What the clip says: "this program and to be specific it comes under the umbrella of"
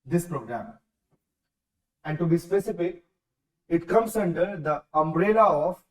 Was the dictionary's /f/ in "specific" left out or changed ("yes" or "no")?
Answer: yes